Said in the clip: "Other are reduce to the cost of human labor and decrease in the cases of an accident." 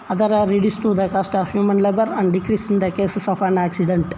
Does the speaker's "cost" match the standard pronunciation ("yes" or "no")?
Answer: yes